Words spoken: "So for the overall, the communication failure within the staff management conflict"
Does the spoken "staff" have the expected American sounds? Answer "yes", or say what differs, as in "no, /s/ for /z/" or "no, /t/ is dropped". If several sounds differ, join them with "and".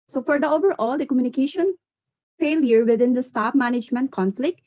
no, /p/ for /f/